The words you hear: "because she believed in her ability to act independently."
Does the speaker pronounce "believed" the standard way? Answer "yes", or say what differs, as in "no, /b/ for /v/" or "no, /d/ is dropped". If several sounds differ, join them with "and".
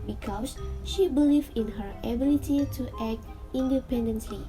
no, /d/ is dropped